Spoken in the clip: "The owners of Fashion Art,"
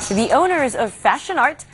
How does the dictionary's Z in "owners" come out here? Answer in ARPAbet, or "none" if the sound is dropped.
Z